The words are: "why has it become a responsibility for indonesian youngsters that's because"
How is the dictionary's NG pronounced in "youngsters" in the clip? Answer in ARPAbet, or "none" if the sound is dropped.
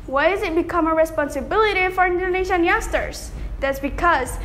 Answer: none